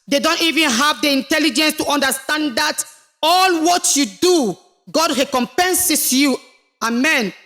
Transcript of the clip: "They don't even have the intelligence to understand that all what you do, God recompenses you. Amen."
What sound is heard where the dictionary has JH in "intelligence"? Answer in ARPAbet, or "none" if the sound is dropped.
JH